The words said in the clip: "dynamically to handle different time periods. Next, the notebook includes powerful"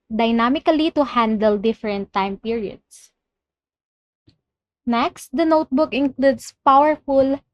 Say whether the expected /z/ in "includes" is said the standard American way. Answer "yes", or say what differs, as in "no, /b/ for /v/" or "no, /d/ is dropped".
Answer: no, /s/ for /z/